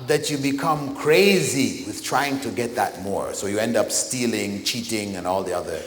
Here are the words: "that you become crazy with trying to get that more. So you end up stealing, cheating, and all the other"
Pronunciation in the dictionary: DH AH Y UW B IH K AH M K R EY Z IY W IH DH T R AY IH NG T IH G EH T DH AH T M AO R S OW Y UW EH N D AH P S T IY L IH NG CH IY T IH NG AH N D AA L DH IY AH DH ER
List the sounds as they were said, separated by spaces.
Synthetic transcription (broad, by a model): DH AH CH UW B IH K AH M K R EY Z IY W IH DH T R AY IH NG T IH G EH T DH AH T M AO R S OW Y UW EH N D AH P S T IY L IH NG CH IY T IH NG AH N AA L DH IY AH DH ER